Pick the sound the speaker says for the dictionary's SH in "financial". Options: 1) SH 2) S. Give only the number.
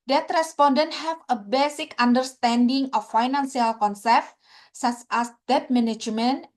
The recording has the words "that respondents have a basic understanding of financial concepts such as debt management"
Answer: 2